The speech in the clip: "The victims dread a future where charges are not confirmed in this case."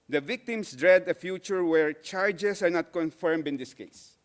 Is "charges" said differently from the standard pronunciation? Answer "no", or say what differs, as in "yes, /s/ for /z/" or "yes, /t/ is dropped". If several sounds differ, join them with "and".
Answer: yes, /s/ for /z/